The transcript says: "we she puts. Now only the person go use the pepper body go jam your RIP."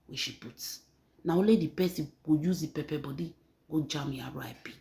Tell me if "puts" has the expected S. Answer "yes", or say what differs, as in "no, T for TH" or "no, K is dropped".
no, S is dropped